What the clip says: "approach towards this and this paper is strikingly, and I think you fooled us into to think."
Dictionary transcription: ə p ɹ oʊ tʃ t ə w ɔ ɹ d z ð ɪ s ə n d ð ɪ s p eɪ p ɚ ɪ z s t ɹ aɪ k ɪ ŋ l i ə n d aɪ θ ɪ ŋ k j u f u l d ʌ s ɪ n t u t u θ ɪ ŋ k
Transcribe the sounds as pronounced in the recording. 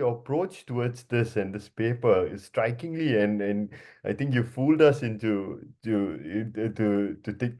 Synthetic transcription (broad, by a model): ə p ɹ oʊ tʃ t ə w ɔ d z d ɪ s ə n d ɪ s p eɪ p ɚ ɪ s t ɹ aɪ k ɪ ŋ l i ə n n aɪ t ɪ ŋ k j u f u l d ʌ s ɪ n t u t u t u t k